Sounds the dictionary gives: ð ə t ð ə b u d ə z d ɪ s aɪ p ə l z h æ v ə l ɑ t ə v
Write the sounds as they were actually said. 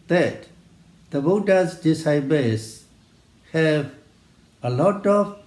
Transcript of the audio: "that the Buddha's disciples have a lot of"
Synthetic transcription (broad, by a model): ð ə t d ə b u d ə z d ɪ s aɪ b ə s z h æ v ə l ɑ t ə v